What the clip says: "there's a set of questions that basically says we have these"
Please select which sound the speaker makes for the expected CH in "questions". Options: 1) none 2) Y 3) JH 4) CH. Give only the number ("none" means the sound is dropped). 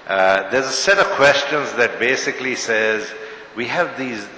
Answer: 4